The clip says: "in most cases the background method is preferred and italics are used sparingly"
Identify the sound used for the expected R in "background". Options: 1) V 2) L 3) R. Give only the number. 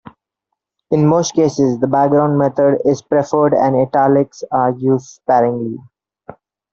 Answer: 3